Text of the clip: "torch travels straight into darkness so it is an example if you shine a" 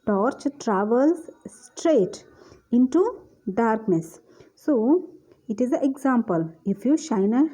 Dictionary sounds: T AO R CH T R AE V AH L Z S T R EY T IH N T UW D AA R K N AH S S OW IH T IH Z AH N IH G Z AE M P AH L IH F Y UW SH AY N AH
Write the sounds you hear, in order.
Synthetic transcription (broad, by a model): T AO R CH T R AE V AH L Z S T R EY T IH N T UW D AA R K N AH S S OW IH T IH Z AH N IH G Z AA M P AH L IH F Y UW SH AY N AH